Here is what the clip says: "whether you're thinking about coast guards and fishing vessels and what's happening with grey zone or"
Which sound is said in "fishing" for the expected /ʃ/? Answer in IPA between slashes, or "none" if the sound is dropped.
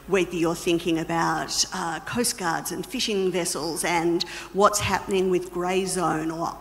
/ʃ/